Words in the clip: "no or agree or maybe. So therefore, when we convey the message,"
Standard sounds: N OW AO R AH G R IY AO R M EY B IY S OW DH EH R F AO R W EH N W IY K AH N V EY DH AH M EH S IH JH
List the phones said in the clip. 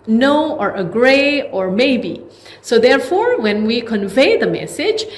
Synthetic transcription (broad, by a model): N OW AO R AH G R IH AO R M EY B IY S OW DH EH R F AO R W EH N W IY K AH N V EY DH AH M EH S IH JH